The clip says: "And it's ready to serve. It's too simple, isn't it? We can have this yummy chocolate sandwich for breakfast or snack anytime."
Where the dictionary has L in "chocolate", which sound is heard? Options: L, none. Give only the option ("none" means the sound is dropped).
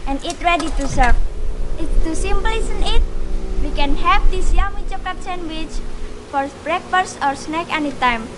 none